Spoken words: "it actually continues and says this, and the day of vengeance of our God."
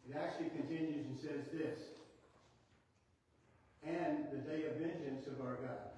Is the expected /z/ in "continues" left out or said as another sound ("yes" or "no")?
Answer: no